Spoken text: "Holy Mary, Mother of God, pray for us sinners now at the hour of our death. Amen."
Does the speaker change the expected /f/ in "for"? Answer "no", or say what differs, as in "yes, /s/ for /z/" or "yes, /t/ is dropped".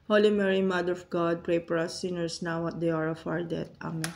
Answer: yes, /p/ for /f/